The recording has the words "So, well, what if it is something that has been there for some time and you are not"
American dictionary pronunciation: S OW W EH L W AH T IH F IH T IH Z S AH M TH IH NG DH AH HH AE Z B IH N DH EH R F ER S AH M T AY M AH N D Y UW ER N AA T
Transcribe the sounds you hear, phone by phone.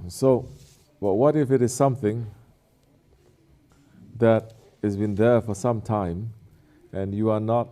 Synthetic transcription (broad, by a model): S OW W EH W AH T IH F IH T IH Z S AH M TH IH NG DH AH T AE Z B IH N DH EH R F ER S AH M T AY M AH N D Y UW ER N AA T